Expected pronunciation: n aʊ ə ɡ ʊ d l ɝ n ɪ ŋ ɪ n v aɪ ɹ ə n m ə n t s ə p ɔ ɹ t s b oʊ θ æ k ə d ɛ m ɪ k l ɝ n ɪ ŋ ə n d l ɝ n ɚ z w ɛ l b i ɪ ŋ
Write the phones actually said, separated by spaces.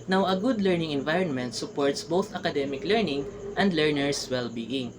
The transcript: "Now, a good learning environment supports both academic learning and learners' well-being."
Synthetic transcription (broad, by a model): n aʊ ə ɡ ʊ d l ɝ n ɪ ŋ ɪ n v aɪ ɹ ə n m ə n t s ə p ɔ ɹ t s b oʊ θ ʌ k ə d ɛ m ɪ k l ɝ n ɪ ŋ ə n d l ɝ n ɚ s w ɛ l b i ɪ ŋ